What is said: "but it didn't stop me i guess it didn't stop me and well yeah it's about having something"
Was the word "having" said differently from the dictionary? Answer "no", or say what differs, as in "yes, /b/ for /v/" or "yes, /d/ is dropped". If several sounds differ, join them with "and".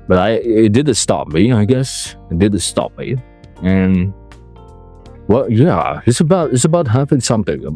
yes, /f/ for /v/